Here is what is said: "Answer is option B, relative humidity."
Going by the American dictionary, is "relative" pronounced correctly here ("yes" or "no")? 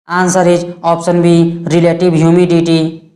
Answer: no